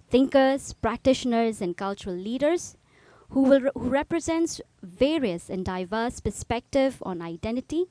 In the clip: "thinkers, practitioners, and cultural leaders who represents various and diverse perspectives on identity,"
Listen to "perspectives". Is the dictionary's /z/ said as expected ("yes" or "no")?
no